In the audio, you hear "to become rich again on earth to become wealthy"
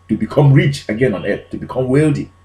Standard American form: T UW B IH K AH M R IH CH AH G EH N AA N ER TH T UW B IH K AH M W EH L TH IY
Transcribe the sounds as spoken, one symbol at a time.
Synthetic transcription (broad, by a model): T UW B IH K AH M R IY CH AH G EH N AA N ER T T UW B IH K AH M W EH L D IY